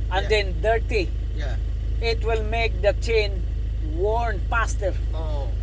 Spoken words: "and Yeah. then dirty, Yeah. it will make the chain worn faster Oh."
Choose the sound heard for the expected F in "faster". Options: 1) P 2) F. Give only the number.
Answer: 1